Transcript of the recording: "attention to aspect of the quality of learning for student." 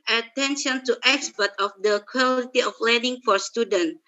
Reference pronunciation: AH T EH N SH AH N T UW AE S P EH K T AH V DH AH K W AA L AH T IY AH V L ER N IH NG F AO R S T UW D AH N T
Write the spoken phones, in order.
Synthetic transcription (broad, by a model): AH T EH N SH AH N T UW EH S P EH T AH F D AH K W AA L AH T IY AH F L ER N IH NG F AO R S T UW D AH N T